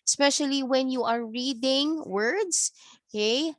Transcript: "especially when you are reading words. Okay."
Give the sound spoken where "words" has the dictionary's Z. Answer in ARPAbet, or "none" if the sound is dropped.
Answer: S